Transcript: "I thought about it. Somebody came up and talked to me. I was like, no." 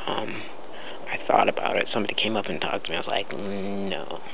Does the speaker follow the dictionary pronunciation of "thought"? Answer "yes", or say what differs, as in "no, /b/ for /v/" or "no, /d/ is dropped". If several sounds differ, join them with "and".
yes